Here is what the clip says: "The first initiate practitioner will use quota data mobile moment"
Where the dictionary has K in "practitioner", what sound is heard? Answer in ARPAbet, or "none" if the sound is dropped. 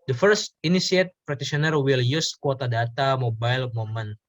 none